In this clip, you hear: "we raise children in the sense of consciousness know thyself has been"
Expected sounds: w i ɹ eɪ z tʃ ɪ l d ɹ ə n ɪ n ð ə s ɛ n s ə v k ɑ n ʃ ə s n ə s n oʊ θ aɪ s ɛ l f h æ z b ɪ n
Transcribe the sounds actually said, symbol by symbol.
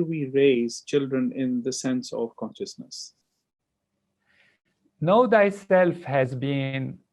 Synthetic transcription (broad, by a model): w i ɹ eɪ z tʃ ɪ l d ɹ ə n ɪ n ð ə s ɛ n s ə v k ɑ n ʃ ə s n ə s n oʊ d aɪ s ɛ l f h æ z b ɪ n